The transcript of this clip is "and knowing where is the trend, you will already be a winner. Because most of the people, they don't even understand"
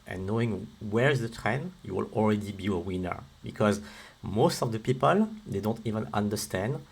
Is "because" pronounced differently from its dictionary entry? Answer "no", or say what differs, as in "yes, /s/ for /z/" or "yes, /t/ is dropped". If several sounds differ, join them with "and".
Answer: no